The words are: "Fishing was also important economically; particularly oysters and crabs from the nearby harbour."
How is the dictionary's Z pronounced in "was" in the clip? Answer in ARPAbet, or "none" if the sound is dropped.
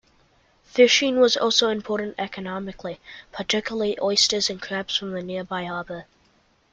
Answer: Z